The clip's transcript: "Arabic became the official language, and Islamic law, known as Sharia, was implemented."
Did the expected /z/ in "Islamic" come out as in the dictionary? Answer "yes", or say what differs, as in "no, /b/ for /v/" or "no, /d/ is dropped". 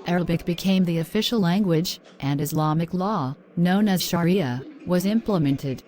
yes